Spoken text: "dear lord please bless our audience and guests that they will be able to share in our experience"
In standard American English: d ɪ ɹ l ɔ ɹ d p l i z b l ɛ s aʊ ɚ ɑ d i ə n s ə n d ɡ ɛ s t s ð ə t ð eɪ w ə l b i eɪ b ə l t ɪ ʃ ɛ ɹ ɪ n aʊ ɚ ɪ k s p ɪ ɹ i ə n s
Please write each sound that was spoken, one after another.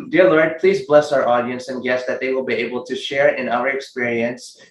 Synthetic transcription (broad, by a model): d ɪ ɹ l ɔ ɹ d p l i z b l ɛ s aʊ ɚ ɑ d i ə n s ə n ɡ ɛ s s ð ə t ð eɪ w ə l b i eɪ b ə l t ɪ ʃ ɛ ɹ ɪ n aʊ ɚ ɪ k s p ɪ ɹ i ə n s